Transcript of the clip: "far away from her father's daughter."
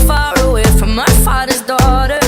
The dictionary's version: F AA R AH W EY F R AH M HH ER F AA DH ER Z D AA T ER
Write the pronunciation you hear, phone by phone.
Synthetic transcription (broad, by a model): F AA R AH W EY F R AH M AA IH F AA DH ER Z D AA T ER